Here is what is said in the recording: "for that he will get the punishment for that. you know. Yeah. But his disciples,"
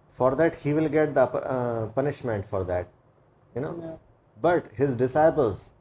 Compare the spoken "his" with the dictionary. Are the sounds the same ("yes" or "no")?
yes